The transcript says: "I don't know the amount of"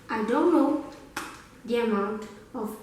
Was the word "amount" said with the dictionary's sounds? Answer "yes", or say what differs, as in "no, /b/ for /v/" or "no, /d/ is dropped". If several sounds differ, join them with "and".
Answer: yes